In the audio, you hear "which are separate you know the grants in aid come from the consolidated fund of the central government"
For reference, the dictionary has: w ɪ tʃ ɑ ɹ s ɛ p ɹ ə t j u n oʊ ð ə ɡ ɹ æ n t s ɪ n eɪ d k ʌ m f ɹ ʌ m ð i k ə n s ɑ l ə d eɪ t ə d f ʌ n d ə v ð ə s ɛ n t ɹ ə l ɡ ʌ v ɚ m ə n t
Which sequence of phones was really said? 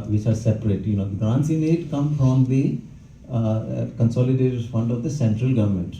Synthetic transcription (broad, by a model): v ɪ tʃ ɑ ɹ s ɛ p ɹ ə t j u n oʊ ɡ ɑ n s ɪ n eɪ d k ʌ m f ɹ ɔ m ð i k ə n s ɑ l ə d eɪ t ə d f ʌ n d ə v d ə s ɛ n t ɹ ə l ɡ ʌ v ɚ m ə n t